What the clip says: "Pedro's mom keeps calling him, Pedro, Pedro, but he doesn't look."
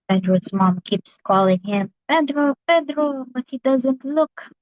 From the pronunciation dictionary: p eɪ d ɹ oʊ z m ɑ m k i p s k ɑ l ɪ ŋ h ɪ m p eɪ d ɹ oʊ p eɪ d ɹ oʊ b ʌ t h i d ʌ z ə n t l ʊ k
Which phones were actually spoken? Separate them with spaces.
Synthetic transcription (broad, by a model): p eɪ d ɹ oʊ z m ɑ m k i p s k ɑ l ɪ ŋ h ɪ m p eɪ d ɹ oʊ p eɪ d ɹ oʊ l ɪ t h i d ʌ z ə n t l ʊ k